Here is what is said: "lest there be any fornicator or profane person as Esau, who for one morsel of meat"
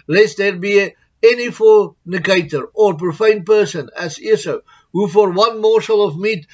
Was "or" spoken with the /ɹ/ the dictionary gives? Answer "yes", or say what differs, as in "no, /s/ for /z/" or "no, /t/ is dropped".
yes